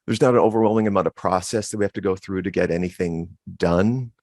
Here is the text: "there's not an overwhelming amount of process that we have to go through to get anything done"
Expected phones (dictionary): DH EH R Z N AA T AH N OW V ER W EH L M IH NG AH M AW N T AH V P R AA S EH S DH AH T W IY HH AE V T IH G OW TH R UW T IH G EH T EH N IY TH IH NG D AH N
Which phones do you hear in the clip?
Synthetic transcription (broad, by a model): DH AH R Z N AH T AH N OW V ER W EH L M IH NG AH M AW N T AH V P R AA S EH S DH AH T W IY HH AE F T IH G OW TH R UW T IH G EH T EH N IY TH IH NG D AH N